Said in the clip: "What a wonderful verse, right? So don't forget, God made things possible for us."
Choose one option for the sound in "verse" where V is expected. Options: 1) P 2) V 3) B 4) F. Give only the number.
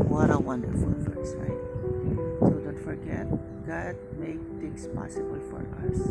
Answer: 4